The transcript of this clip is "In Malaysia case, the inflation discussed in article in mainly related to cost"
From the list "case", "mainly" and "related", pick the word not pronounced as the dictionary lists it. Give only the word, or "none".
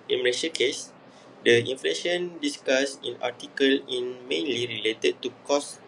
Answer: none